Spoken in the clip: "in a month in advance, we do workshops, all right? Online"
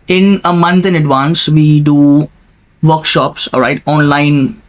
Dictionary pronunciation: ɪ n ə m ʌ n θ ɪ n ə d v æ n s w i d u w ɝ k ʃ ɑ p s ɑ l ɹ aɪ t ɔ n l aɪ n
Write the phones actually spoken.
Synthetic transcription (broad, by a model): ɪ n ə m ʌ n t ɪ n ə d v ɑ n s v i d u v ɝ k ʃ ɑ p s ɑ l ɹ aɪ t ɔ n l aɪ n